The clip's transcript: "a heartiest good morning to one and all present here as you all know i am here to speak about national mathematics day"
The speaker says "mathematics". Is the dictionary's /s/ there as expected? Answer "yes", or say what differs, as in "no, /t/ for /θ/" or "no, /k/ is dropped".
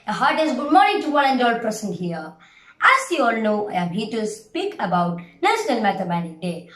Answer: no, /s/ is dropped